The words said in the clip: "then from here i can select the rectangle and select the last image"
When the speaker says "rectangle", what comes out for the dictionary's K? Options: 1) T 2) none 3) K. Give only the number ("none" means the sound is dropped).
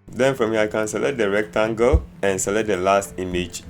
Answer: 3